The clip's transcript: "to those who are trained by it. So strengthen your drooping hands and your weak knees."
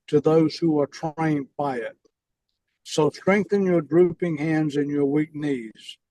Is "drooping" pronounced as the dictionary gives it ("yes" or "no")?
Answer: yes